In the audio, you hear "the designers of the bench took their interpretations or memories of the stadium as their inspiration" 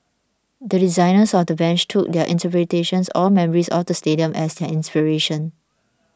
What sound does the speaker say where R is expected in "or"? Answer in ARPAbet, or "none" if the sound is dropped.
L